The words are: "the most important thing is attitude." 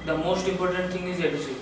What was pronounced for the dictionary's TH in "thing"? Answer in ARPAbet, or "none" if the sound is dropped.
T